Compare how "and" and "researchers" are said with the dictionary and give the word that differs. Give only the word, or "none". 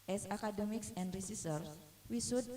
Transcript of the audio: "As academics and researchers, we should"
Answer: researchers